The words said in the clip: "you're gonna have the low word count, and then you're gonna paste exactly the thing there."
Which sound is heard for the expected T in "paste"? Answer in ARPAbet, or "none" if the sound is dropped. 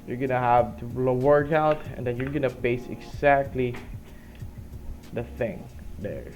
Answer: none